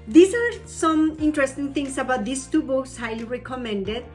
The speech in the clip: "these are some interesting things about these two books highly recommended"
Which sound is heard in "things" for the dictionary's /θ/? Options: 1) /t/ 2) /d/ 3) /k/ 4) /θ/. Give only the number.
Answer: 1